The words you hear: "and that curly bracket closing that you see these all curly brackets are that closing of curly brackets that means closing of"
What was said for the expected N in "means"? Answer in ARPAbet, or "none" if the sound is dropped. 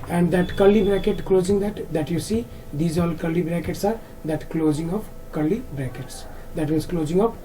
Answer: none